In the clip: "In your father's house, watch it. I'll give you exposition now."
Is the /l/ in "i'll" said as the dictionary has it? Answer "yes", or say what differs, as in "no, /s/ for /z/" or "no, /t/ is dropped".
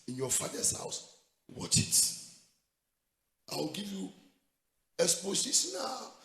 no, /w/ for /l/